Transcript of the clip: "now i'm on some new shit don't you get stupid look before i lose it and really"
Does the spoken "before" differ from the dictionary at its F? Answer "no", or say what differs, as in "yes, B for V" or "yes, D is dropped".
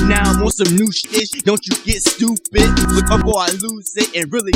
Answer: yes, P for F